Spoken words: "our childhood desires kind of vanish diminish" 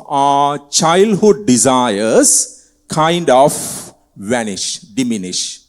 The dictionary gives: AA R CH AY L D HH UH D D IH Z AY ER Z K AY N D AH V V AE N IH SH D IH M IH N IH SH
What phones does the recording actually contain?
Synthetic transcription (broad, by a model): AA CH AY L D HH UH D D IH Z AY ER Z K AY N D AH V V AE N IH SH D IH M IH N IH SH